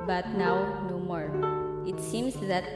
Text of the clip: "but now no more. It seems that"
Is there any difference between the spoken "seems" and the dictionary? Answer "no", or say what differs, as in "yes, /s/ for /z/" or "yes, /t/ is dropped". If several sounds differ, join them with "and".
yes, /s/ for /z/